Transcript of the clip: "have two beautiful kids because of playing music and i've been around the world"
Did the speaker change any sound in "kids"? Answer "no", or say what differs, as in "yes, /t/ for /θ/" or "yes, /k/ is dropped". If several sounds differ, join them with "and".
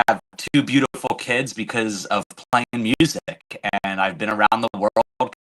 no